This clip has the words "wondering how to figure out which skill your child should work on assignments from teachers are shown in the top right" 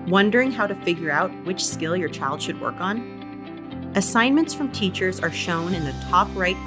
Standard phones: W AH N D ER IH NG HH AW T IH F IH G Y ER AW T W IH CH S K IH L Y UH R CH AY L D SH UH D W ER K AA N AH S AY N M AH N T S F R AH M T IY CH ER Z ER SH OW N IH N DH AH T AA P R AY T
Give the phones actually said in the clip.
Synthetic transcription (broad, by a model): W AH N D ER IH NG HH AW T IH F IH G Y ER AW T W IH CH S K IH L Y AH R CH AY L D SH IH D W ER K N AH S AY N M AH N T S F R AH M T IY CH ER Z ER SH OW N IH N DH AH T AA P R AY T